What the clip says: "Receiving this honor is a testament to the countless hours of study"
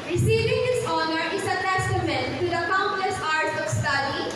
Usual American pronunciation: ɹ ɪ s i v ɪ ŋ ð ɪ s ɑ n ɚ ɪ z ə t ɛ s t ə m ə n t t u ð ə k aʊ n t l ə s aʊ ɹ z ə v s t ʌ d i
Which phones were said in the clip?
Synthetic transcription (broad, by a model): ɹ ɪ s i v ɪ ŋ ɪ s ɑ n ɚ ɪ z ə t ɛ s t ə m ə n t t u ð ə k aʊ n t l ə s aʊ ɹ s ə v s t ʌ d i